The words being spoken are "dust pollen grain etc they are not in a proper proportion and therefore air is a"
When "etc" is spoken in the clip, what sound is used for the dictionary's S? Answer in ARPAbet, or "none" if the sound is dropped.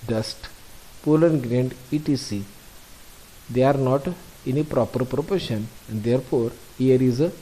none